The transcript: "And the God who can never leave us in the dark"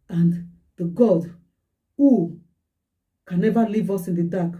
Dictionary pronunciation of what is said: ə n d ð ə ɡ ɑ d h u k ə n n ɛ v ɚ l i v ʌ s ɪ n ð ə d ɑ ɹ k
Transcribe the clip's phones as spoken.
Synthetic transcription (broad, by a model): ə n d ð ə ɡ ɑ d h u k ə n n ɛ v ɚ l i v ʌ s ɪ n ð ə d ɑ k